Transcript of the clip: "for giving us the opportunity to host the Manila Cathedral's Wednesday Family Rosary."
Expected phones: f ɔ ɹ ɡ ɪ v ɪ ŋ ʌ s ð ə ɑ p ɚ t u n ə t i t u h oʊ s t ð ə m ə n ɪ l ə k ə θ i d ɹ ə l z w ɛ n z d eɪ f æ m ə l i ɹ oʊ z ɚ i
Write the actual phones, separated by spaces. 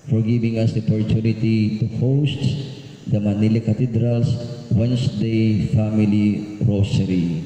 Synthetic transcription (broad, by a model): f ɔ ɹ ɡ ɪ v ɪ ŋ ʌ s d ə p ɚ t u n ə t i t u h oʊ s t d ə m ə n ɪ l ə k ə t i d ɹ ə l s w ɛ n s d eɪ f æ m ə l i ɹ oʊ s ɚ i